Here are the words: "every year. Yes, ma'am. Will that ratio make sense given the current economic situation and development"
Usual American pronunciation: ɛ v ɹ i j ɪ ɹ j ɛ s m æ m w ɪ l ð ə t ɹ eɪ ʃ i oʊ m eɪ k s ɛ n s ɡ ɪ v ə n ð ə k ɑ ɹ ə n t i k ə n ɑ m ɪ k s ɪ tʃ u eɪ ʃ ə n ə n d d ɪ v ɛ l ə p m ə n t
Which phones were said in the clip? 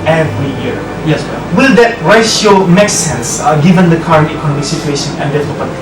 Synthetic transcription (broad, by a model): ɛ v ɹ i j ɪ ɹ j ɛ s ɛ w ɪ l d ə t ɹ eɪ i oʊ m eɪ k s ɛ n s ɡ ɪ v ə n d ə k ɑ ɹ ə n t i k ə n ɑ m ɪ k s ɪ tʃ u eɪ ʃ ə n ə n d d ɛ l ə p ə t